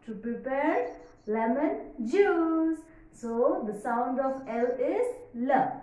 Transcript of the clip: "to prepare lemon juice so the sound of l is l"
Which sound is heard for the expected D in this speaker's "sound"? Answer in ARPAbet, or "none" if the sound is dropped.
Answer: D